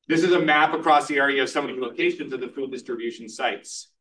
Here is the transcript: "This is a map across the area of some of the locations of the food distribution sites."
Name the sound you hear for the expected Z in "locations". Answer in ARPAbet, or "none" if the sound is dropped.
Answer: Z